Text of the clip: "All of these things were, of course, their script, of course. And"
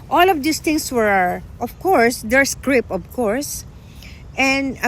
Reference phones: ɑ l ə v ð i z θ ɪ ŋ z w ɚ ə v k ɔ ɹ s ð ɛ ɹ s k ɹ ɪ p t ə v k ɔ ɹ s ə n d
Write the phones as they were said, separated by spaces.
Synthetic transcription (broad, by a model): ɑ l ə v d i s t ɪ ŋ s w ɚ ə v k ɔ ɹ s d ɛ ɹ s k ɹ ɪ p ə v k ɔ ɹ s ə n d